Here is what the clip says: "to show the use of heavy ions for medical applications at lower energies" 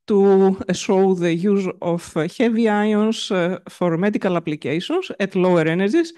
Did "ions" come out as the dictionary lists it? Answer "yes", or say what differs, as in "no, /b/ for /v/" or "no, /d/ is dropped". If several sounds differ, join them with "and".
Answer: no, /s/ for /z/